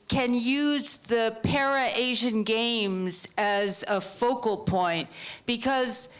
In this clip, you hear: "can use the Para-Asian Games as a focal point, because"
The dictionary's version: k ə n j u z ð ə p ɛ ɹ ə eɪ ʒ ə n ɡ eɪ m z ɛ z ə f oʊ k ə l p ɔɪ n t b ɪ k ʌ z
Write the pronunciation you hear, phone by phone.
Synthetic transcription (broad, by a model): k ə n j u z ð ə p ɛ ɹ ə eɪ ʒ ə n ɡ eɪ m z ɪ z ə f oʊ k l p ɔɪ n t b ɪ k ʌ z